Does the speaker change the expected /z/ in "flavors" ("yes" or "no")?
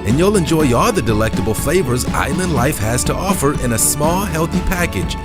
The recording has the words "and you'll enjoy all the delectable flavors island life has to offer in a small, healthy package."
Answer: no